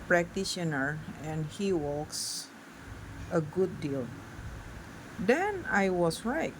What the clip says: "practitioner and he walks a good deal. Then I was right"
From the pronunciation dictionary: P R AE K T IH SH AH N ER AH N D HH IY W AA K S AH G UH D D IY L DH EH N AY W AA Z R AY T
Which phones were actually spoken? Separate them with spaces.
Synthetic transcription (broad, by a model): P R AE K T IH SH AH N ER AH N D HH IY W AA K S AH G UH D D IY L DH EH N AY W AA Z R AY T